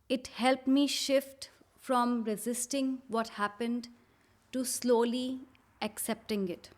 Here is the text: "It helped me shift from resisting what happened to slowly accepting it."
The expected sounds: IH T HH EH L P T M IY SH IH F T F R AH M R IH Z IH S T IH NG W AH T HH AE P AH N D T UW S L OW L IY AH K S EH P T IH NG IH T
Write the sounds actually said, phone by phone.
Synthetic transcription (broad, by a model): IH T HH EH L P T M IY SH IH F T F R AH M R IH Z IH S T IH NG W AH T HH AE P AH N D T UW S L OW L IY AH K S EH P T IH NG IH T